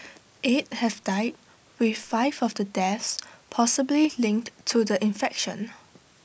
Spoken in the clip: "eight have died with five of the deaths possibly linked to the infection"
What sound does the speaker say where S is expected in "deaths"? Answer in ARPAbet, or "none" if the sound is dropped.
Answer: S